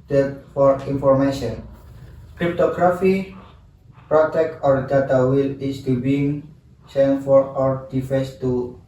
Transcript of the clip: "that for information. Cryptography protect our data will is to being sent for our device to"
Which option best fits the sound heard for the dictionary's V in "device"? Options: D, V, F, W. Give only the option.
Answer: F